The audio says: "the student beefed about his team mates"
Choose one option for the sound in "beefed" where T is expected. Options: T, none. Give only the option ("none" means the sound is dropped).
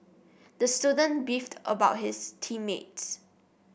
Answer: T